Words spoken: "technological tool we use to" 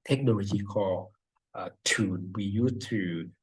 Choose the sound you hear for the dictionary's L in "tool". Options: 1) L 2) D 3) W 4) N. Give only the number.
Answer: 4